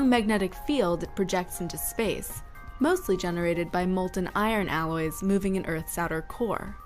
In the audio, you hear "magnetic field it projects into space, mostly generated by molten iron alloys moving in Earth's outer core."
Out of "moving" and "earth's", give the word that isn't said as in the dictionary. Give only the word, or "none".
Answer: none